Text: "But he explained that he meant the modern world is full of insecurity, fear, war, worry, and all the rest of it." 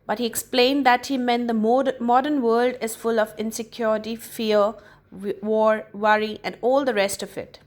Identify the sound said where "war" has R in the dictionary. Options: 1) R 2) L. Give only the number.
1